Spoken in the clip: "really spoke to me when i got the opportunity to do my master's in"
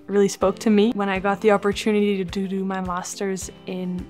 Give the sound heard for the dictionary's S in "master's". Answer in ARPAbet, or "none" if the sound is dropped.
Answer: S